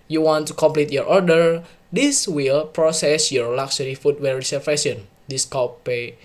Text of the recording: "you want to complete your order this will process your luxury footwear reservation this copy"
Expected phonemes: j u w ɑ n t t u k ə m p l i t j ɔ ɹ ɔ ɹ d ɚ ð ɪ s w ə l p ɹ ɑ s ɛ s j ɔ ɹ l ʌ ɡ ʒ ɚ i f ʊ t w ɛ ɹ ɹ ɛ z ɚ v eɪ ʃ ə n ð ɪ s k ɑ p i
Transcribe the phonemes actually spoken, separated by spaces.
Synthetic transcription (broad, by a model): j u w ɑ n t t u k ə m p l i t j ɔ ɹ ɔ ɹ d ɚ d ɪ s w ə l p ɹ ɑ s ɛ s j ɔ ɹ l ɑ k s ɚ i f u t w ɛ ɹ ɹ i s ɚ f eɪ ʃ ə n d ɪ s k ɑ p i